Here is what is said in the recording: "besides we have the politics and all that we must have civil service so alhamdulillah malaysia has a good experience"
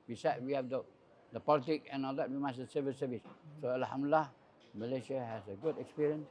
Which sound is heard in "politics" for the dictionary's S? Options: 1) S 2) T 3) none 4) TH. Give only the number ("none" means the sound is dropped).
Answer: 3